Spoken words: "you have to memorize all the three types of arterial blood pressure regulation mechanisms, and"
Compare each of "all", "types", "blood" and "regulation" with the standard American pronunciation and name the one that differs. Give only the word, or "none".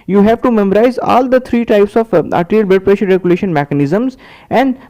blood